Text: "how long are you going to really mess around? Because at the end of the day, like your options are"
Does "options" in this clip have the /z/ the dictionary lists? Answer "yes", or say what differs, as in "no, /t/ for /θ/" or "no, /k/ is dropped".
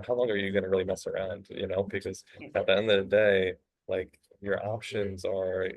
yes